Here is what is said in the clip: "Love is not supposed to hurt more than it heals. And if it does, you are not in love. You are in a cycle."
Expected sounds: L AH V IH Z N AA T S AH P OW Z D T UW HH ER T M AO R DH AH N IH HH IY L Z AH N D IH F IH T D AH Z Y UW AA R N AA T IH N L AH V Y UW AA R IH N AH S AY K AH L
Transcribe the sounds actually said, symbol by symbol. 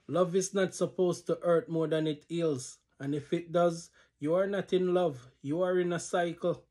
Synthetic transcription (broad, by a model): L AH V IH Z N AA T S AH P OW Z T UW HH ER T M AO R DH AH N IH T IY L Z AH N IH F IH T D AH Z Y UW AA R N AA T IH N L AH V Y UW AA R IH N AH S AY K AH L